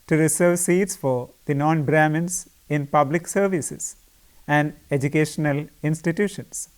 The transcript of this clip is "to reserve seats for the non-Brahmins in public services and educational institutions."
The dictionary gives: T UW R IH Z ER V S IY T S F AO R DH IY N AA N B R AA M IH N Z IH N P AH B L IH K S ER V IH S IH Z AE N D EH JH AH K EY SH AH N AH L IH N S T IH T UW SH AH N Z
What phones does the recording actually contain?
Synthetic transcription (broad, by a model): T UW R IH S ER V S IY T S F AO R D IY N AA N B R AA M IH N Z IH N P AH B L IH K S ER V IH S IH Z AE N D EH JH AH K EY SH AH N AH L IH N S T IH T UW SH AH N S